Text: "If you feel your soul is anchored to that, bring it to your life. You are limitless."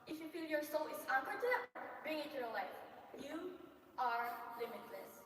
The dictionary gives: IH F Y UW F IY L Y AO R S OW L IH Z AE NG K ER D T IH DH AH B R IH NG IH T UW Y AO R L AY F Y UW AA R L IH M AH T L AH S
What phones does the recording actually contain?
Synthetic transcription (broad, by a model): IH F Y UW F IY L Y AO R S OW L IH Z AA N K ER T IH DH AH B R IH NG IH T UW Y AO R L AY F Y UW AA R L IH M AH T L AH S